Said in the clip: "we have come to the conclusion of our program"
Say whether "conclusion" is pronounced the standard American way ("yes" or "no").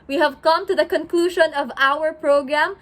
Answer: yes